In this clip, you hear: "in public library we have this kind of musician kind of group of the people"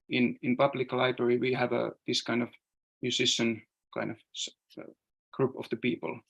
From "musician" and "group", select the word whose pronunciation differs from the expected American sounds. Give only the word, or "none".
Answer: musician